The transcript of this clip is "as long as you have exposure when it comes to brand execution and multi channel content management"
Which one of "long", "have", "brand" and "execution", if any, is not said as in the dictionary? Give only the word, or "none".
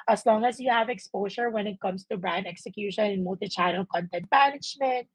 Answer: none